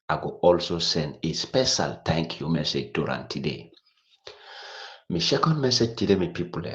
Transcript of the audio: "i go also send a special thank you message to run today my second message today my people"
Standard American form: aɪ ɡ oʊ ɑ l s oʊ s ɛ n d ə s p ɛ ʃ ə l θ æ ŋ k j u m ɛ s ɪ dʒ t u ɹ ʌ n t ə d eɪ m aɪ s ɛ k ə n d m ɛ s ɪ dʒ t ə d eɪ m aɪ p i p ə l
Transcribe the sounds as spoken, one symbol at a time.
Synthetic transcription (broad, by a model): aɪ ɡ oʊ ɑ l s oʊ s ɛ n d ə s p ɛ ʃ ə l t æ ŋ k j u m ɛ s ɪ dʒ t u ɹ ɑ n t ə d eɪ m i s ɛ k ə n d m ɛ s ɪ dʒ t ə d eɪ m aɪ p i p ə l